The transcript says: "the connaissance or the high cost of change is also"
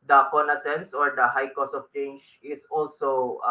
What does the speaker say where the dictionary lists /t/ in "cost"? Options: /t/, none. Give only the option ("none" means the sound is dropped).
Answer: none